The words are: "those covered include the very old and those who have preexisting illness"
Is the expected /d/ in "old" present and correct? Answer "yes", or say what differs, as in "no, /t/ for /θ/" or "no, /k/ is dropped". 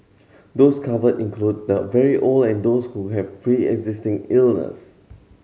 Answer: no, /d/ is dropped